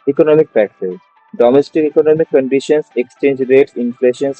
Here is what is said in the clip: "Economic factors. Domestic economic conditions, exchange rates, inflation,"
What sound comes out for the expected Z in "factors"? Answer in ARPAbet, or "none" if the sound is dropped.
none